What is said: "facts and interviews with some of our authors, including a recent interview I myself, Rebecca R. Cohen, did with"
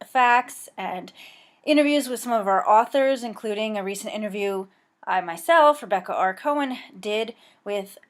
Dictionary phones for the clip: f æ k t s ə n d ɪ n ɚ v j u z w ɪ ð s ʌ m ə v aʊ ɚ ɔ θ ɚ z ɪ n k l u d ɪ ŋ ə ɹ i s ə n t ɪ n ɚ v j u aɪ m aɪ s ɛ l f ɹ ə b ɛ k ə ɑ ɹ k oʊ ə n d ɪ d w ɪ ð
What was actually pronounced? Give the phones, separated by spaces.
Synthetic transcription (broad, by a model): f æ k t s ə n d ɪ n ɚ v j u z w ɪ ð s ʌ m ə v aʊ ɚ ɔ θ ɚ z ɪ n k l u d ɪ ŋ ə ɹ i s ə n t ɪ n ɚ v j u aɪ m aɪ s ɛ l f ɹ ə b ɛ k ə ɑ ɹ k oʊ ə n d ɪ d w ɪ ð